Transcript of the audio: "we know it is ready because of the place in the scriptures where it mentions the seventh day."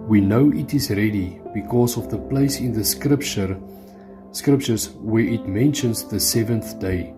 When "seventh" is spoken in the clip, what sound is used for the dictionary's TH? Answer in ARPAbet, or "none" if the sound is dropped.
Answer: TH